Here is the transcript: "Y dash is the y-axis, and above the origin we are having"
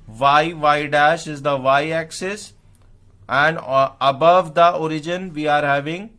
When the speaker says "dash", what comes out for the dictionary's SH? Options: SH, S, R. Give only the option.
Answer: SH